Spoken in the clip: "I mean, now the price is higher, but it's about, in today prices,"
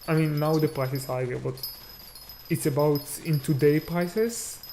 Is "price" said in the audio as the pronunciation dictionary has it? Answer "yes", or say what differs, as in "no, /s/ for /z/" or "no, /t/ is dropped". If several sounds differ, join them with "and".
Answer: yes